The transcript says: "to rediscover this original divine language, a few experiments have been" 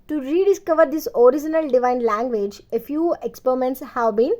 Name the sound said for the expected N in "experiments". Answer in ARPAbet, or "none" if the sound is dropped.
N